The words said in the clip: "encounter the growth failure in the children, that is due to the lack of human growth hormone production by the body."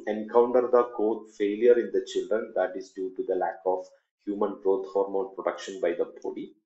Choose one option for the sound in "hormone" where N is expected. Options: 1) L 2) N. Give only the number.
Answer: 1